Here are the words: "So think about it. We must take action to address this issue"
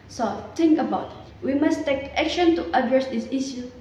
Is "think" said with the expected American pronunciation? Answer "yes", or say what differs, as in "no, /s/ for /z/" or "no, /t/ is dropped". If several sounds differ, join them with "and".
no, /t/ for /θ/